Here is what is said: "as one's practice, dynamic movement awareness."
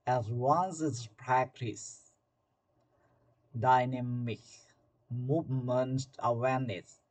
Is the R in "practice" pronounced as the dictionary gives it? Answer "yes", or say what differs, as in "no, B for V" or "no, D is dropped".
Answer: yes